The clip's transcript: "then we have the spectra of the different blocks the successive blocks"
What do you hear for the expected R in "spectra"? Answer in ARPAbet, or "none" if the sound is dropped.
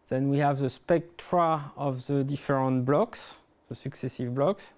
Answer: R